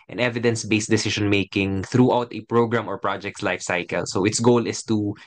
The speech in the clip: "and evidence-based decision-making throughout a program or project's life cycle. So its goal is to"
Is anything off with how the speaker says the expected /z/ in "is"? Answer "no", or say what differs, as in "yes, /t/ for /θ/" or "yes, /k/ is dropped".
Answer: yes, /s/ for /z/